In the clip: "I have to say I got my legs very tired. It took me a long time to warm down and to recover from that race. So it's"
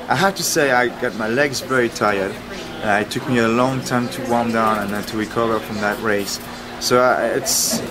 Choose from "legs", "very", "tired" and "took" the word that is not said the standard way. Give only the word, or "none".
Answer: very